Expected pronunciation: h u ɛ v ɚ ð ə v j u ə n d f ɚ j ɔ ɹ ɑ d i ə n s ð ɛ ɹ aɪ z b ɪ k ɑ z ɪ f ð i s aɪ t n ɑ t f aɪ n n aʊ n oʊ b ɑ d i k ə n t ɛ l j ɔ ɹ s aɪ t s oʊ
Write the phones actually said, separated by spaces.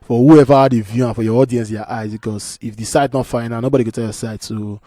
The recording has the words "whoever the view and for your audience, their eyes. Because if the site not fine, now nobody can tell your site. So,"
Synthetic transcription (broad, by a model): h u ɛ v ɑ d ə v j u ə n f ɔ j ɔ ɑ d i ə n s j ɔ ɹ aɪ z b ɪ k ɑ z ɪ f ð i s aɪ t n ɑ t f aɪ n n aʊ n oʊ b ɑ d i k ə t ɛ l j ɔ s aɪ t s oʊ